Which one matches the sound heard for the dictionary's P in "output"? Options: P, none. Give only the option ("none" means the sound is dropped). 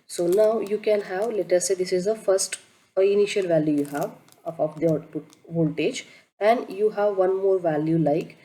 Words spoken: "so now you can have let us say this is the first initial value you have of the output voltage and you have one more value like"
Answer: none